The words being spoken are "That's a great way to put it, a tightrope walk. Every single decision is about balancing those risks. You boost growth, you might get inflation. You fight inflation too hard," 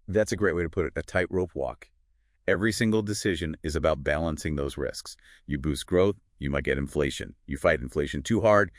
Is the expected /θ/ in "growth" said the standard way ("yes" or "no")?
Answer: yes